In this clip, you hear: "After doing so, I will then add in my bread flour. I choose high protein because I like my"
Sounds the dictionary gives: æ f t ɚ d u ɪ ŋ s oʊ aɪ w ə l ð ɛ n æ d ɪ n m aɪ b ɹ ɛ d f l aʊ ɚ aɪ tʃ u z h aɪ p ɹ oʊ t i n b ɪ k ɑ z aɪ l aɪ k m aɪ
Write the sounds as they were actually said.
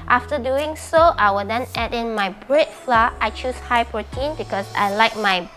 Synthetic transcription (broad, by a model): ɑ f t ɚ d u ɪ ŋ s oʊ aɪ w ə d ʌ n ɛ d ɪ n m aɪ b ɹ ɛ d f l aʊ aɪ tʃ u s h aɪ p ɹ oʊ t i n b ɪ k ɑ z aɪ l aɪ k m aɪ